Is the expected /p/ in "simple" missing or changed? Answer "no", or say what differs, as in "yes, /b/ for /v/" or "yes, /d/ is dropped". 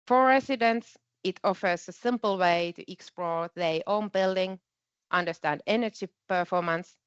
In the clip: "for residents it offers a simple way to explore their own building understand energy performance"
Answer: no